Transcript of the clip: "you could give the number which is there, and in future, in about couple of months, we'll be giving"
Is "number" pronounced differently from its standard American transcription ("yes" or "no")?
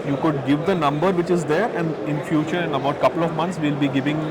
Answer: no